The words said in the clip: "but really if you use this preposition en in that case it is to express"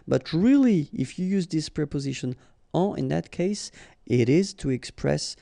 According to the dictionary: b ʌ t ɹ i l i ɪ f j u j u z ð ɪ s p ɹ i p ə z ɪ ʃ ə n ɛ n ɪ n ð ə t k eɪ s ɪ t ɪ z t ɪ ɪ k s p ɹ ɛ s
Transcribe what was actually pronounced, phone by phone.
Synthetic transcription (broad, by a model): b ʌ t ɹ i l i ɪ f j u j u z ð ɪ s p ɹ i p ə z ɪ ʃ ə n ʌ ɪ n ð ə t k eɪ s ɪ t ɪ z t ɪ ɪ k s p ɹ ɛ s